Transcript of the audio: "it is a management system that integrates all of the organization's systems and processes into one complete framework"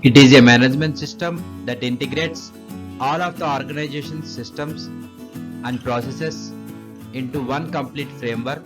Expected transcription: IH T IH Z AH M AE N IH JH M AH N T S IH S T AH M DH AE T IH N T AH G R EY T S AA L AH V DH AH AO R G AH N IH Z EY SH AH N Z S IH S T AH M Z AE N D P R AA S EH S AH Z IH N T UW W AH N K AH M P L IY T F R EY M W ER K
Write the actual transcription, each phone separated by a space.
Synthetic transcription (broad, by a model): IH T IH Z AH M AE N IH JH M AH N T S IH S T AH M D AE T IH N T AH G R EY T S AA L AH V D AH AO R G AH N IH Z EY SH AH N S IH S T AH M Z AE N D P R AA S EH S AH S IH N T UW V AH N K AH M P L IY T F R EY M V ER K